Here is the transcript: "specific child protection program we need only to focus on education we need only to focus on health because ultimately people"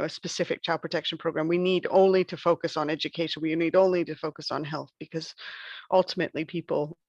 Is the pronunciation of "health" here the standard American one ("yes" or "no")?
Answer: yes